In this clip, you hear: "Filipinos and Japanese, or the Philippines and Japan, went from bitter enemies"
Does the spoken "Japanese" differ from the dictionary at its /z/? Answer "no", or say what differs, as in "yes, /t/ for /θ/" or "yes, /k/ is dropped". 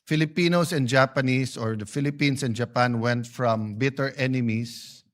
yes, /s/ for /z/